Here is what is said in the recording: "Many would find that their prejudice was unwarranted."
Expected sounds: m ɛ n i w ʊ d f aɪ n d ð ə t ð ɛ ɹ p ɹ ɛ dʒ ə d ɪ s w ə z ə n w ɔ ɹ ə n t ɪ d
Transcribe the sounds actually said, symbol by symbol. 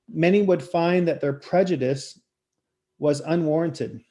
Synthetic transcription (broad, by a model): m ɛ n i w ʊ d f aɪ n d ð ə t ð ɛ ɹ p ɹ ɛ dʒ ə d ɪ s w ə z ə n w ɔ ɹ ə n t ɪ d